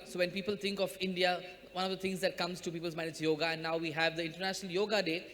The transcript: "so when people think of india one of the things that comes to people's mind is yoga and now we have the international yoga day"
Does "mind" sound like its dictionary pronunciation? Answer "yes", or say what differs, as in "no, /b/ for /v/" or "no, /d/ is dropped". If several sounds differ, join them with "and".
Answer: no, /d/ is dropped